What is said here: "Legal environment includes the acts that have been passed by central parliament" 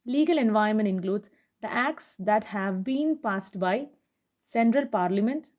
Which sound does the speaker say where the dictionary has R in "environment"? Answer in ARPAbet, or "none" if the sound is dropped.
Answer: none